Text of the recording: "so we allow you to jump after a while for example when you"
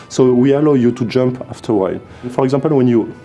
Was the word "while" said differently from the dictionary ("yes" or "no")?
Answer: yes